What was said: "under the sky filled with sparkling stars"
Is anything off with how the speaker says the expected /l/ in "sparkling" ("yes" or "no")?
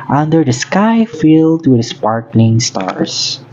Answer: yes